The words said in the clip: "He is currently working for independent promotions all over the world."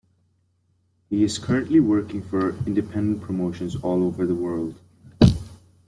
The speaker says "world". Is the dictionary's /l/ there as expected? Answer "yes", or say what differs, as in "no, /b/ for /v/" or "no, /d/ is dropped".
yes